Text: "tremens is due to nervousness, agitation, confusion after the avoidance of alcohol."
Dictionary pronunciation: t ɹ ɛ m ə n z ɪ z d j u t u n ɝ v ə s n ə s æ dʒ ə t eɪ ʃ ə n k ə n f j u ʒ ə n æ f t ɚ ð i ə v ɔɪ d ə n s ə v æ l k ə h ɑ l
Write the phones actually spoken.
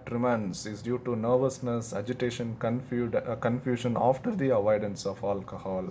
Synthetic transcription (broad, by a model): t ɹ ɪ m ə n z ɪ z d j u t u n ɝ v ə s n ə s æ dʒ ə t eɪ ʃ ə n k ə n f j u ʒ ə n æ f t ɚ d i ə v ɔɪ d ə n s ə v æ l k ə h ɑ l